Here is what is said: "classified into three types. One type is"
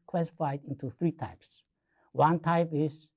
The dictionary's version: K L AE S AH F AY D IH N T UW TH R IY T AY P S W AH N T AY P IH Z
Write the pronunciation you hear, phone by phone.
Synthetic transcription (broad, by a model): K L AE S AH F AY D IH N T UW TH R IY T AY P S W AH N T AY P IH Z